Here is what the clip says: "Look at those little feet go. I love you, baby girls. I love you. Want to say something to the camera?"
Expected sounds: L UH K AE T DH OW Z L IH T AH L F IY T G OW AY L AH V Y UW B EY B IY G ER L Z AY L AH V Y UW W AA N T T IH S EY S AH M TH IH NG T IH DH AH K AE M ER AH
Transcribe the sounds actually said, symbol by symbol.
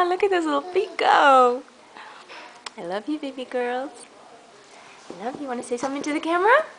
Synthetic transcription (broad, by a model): L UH K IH T DH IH S L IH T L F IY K G OW AY L AH V Y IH B EY B IY G ER L Z AY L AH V Y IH W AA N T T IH S EY S AH M TH IH NG T IH DH AH K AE M ER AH